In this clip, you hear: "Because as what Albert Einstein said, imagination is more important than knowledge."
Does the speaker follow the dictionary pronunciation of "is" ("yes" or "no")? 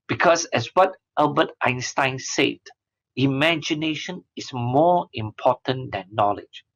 no